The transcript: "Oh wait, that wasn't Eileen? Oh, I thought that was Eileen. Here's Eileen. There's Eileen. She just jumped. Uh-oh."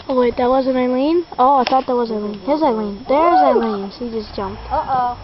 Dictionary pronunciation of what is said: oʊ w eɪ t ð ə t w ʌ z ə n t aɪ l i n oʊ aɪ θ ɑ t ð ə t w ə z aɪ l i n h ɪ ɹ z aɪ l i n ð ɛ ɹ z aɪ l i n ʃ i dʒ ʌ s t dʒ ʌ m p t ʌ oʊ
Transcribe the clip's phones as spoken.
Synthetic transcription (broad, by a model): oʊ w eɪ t ð ə t w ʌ z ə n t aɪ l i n oʊ aɪ θ ɑ t ð ə t w ə z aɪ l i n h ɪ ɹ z aɪ l i n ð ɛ ɹ z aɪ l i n s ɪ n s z dʒ ʌ m p t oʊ